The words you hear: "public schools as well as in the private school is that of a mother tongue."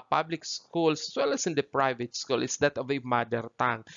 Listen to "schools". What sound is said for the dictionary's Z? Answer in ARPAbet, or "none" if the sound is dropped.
S